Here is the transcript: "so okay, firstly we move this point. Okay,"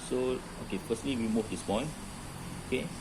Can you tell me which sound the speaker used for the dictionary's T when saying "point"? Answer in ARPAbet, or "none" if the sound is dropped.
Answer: none